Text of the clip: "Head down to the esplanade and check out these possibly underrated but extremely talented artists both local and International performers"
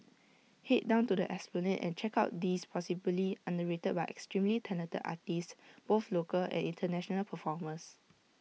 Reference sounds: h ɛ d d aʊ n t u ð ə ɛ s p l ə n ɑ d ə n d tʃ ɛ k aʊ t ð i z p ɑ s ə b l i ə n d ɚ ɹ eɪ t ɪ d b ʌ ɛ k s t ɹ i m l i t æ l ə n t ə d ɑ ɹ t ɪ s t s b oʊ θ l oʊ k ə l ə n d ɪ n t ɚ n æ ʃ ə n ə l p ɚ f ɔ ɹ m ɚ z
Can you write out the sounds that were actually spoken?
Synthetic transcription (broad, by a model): h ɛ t d aʊ n t u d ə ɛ s p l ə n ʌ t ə n tʃ ɛ k aʊ t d i s p ɑ s ə b l i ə n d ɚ ɹ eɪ t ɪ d b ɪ ɛ k s t ɹ i m l i t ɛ n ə t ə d ɑ t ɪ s s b oʊ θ l oʊ k ə l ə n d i n t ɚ n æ ʃ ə n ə l p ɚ f ɔ m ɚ s